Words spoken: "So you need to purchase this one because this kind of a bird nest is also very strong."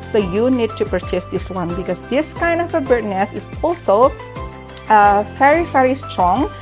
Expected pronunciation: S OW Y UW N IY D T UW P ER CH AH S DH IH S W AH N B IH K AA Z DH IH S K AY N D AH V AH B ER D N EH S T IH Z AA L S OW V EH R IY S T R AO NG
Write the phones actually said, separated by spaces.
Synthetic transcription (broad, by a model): S OW Y UW N IY D T UW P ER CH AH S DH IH S W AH N B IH K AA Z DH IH S K AY N D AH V AH B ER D N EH S IH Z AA L S OW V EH R IY S T R AO NG